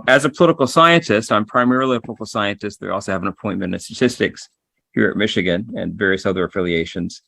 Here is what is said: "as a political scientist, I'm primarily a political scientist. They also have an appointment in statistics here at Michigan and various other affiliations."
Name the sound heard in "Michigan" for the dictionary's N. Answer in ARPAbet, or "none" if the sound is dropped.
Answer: N